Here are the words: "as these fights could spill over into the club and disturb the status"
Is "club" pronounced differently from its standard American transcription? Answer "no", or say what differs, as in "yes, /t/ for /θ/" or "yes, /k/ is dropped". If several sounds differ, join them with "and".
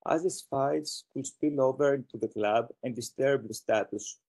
no